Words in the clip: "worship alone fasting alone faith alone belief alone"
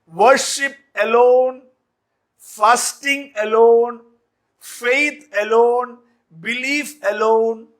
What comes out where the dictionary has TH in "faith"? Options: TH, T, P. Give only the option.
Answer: T